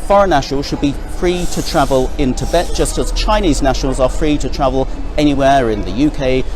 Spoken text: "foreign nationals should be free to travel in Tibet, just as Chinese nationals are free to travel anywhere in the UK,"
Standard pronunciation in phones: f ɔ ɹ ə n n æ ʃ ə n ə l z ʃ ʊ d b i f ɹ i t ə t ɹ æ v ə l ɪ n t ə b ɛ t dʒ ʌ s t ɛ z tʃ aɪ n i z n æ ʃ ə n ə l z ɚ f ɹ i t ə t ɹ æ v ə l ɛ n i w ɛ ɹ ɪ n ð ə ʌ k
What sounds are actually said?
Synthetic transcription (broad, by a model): f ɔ ɹ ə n n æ ʃ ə n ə l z ʃ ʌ d b i f ɹ i t ə t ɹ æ v ə l ɪ n t ə b ɛ t dʒ ʌ s t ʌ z tʃ aɪ n i z n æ ʃ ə n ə l z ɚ f ɹ i t ə t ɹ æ v ə l ɛ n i w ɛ ɹ ɪ n ð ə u k